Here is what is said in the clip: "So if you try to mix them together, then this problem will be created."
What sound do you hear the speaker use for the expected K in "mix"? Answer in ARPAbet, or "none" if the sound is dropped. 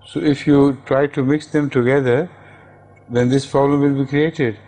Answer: K